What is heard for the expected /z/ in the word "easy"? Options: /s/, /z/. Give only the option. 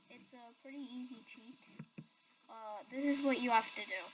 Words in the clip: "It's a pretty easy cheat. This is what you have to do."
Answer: /z/